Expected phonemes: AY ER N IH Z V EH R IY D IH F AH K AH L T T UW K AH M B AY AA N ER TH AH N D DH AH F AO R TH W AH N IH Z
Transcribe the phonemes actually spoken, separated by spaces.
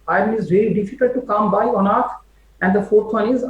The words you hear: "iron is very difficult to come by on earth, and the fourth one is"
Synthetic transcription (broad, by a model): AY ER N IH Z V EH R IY D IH F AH K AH L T T UW K AH M B AY AA N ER T AH N D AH F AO R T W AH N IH Z